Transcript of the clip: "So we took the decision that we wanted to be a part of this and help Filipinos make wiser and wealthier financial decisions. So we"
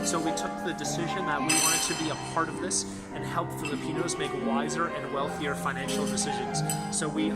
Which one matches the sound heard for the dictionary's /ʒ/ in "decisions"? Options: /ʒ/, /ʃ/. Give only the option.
/ʒ/